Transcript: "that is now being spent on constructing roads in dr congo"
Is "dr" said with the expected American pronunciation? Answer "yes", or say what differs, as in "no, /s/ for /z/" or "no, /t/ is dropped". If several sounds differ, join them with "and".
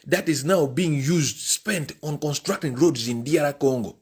no, /k/ is dropped